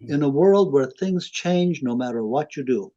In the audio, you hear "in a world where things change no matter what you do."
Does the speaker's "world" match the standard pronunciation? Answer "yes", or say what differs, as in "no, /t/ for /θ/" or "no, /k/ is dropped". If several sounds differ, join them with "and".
yes